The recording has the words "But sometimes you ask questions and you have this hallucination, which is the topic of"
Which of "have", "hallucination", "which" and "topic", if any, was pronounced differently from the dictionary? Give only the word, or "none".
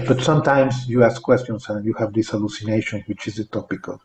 none